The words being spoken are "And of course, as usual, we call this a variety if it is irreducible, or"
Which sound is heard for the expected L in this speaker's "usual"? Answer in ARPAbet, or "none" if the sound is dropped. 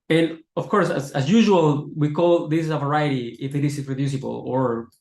L